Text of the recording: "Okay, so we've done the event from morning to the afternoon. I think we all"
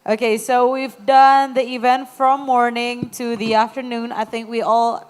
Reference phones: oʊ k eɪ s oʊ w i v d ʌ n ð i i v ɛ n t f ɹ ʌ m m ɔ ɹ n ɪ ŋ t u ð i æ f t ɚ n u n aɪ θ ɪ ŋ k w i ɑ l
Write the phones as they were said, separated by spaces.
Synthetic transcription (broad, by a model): oʊ k eɪ s oʊ w i v d ʌ n ð i i v ɛ n t f ɹ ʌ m m ɔ ɹ n ɪ ŋ t u ð i æ f t ɚ n u n aɪ θ ɪ ŋ k w i ɑ l